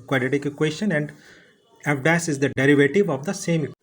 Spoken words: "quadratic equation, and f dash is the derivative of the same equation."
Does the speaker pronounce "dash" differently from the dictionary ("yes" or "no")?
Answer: yes